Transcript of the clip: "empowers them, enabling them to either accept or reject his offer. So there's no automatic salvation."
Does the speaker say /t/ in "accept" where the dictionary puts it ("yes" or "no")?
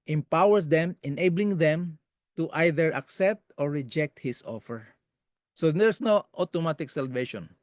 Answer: yes